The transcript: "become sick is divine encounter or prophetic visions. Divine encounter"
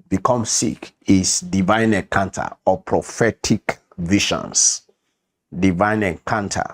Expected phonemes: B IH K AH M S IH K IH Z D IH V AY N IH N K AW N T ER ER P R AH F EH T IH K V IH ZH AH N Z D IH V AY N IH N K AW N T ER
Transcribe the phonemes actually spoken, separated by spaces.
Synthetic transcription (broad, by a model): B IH K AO M S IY K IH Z D IH V AY N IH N K AW N T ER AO P R AH F EH T IH K V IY SH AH N S D IH V AY N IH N K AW N T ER